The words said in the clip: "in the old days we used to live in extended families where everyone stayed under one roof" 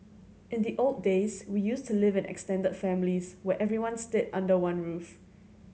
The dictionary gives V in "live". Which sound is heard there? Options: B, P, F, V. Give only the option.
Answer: V